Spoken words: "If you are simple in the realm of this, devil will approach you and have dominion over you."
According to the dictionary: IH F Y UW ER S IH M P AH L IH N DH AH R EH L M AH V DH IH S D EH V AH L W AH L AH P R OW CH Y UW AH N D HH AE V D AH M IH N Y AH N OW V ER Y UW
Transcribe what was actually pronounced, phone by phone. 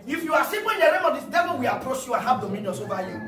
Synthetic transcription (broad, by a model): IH F Y UW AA S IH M AH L IH N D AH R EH M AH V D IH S D EH V AH L W AH L AH P R OW CH Y UW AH N HH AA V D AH M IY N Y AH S OW V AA Y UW